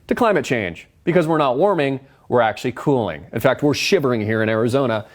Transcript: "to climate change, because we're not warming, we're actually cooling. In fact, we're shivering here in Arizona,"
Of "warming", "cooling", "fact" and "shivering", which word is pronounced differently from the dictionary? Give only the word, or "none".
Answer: none